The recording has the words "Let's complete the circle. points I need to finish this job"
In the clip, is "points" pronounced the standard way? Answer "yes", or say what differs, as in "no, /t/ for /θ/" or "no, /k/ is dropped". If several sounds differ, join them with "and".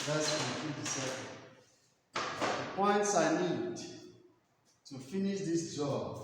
yes